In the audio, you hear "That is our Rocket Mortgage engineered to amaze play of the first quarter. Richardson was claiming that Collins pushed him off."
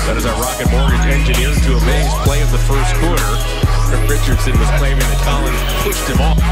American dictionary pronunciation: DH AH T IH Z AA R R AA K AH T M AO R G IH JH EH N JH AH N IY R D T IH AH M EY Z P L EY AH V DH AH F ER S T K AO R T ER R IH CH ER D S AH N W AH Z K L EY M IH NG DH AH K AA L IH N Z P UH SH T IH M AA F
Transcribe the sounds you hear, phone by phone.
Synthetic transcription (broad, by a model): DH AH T IH Z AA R R AA K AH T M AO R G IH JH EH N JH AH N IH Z T IH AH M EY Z P L EY AH V DH AH F ER S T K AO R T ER R IH CH ER D S AH N W AH Z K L EY M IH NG DH AH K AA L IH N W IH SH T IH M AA